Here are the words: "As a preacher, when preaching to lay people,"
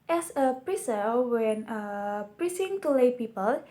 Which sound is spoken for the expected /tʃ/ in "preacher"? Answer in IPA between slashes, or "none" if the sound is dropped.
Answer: /s/